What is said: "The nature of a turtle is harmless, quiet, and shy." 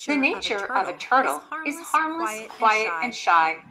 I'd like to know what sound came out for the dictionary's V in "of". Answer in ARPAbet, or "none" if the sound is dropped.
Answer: V